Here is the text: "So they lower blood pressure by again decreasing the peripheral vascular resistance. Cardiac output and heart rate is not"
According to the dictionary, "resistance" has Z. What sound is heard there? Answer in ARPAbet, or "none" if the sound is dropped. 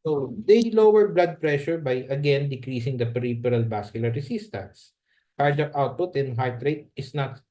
S